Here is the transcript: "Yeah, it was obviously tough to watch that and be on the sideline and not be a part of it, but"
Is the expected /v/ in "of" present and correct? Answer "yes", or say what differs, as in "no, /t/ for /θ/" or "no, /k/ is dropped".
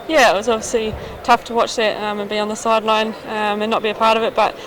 yes